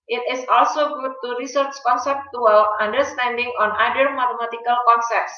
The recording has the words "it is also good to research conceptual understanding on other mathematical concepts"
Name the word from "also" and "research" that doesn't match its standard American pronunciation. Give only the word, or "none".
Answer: none